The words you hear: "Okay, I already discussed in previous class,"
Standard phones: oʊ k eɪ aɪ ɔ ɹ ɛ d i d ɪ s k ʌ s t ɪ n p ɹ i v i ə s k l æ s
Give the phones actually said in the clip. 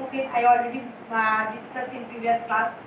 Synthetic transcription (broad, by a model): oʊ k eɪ aɪ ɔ l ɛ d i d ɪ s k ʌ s ɪ n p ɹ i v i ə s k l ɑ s